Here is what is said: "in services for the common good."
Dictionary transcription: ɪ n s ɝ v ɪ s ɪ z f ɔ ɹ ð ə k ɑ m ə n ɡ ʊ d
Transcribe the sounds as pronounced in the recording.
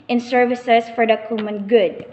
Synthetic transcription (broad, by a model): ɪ n s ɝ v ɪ s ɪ s f ɔ ɹ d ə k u m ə n ɡ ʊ d